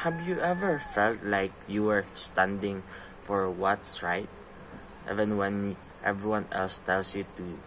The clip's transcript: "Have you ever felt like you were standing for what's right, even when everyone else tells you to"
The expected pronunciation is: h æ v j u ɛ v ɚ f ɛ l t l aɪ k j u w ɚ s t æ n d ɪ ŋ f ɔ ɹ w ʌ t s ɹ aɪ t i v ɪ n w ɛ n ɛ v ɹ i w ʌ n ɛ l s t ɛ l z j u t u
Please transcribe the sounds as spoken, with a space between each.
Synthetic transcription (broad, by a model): h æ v j u ɛ v ɚ f ɛ l t l aɪ k j u w ɚ s t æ n d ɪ ŋ f ɔ ɹ w ʌ t s ɹ aɪ t i v ɪ n w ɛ n ɛ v ɹ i w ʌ n ɛ l s t ɛ l s j u t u